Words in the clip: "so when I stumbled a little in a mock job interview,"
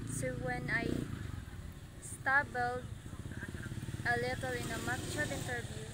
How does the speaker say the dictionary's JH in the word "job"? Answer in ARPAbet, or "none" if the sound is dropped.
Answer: CH